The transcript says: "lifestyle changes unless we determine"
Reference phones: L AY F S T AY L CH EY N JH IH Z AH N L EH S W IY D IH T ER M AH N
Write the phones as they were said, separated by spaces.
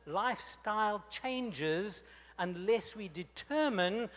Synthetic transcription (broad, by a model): L AY F S T AY L CH EY N JH IH Z AH N L EH S W IY D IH T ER M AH N